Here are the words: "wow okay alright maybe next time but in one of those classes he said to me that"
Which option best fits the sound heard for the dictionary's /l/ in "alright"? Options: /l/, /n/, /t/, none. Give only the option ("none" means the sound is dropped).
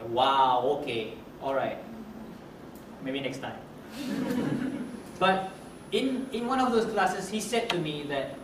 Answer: /l/